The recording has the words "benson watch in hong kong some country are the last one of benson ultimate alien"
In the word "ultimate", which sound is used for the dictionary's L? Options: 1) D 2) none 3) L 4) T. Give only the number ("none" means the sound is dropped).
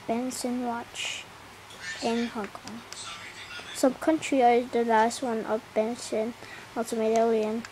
2